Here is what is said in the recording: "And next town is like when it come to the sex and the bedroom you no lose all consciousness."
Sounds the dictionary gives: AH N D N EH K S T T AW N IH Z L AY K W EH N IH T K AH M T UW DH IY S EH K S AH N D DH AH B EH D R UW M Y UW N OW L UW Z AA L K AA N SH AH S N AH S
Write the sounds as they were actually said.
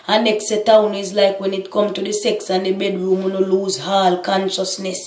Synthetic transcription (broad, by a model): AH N N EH K S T T AW N IH Z L AY K W EH N IH T K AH M T UW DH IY S EH K S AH N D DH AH B EH D R UW M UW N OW L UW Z AA L K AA N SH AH S N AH S